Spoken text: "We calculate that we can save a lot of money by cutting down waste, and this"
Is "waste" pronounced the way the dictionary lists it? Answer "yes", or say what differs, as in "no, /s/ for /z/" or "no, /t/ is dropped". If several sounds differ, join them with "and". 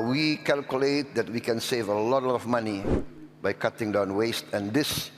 yes